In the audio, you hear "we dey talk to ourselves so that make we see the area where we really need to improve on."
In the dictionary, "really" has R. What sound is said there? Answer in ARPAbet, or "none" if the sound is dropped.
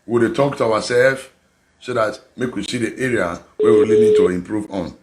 L